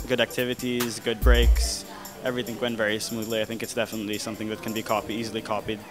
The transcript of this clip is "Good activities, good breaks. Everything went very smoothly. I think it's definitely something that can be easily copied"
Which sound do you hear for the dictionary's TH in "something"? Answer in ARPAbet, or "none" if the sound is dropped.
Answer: TH